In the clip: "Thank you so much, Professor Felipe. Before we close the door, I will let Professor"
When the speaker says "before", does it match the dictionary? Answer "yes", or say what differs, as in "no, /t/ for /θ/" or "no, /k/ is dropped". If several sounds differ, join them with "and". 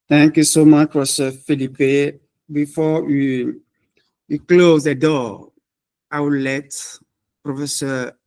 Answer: no, /w/ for /ɹ/